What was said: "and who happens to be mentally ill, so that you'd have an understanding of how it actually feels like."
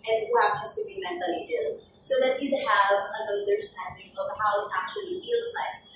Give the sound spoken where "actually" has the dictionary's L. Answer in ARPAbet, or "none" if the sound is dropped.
L